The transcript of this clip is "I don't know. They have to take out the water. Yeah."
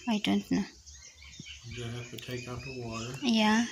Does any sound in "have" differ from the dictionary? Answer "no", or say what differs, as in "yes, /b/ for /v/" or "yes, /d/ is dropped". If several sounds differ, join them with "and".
yes, /f/ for /v/